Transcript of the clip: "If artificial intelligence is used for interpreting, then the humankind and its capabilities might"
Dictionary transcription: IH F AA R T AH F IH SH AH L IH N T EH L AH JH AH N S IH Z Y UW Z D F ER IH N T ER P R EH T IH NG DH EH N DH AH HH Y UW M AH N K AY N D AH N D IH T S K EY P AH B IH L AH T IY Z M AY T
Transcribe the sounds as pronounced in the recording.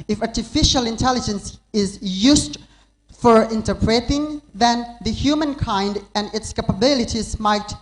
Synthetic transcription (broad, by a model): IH F AA R T AH F IH SH AH L IH N T EH L AH JH AH N S IH Z Y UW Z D F ER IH N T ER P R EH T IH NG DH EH N DH AH HH Y UW M AH N K AY N D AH N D IH T S K EY P AH B IH L AH T IY Z M AY T